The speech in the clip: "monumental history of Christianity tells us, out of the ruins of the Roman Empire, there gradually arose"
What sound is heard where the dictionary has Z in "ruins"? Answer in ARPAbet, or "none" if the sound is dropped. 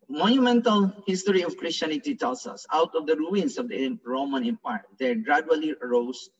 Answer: S